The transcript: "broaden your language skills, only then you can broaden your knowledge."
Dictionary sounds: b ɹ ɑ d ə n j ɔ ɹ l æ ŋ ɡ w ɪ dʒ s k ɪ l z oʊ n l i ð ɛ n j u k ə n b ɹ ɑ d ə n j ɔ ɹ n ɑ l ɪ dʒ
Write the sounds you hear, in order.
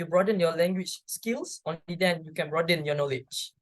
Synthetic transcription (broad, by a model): b ɹ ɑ d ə n j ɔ l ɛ ŋ ɡ w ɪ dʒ s k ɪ l s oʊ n i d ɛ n j u k ə n b ɹ ɑ d ə n j ɔ n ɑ l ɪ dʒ